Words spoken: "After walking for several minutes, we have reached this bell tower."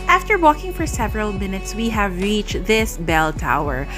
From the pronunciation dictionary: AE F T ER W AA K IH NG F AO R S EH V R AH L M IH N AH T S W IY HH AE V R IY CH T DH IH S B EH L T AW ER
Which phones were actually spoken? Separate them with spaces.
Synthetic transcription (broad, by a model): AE F T ER W AA K IH NG F AO R S EH V R AH L M IH N AH T S W IY HH AE V R IY CH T DH IH S B EH L T AW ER